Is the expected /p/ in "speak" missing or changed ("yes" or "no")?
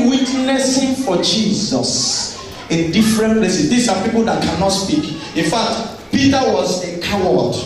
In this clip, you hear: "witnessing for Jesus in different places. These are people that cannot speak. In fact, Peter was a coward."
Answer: no